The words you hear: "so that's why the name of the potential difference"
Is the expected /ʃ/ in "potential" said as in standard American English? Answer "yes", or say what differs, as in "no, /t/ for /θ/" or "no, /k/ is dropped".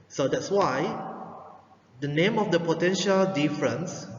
yes